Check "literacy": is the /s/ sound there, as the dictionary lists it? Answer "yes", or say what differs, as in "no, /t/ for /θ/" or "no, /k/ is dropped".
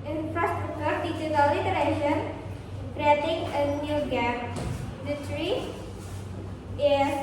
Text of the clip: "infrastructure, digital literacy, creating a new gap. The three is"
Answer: no, /ʃ/ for /s/